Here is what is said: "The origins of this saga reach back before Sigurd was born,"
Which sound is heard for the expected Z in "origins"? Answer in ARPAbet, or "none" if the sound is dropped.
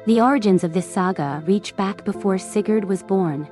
Z